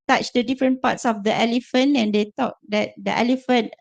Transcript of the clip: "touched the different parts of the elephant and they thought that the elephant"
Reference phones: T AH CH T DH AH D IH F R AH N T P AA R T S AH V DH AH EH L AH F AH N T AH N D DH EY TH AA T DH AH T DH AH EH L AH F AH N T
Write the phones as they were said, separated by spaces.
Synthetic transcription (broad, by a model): T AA CH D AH D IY F R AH N P AA T S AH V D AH EH L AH F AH N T AH N D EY T AA T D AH T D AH EH L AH F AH N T